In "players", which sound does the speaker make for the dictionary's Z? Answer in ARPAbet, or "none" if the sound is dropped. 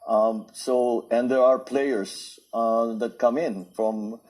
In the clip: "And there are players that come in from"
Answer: S